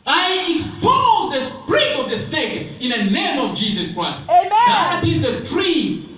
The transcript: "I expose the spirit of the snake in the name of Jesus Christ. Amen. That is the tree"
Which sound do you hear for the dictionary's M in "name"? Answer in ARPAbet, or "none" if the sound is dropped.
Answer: M